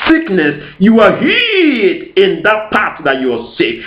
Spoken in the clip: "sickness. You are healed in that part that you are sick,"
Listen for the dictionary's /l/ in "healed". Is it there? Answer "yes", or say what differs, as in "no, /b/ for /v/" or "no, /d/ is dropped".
no, /l/ is dropped